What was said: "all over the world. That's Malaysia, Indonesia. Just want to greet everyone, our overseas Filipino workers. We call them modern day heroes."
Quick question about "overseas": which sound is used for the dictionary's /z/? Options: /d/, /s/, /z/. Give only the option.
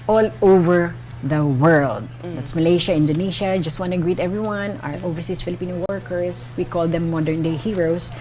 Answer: /s/